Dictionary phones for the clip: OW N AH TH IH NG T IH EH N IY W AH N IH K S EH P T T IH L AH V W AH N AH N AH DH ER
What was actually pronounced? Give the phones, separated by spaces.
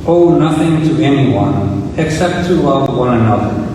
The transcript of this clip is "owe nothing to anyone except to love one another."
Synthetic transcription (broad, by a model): OW N AH TH IH NG T IH EH N IY W AH N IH K S EH P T T IH L AH V W AH N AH N AH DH ER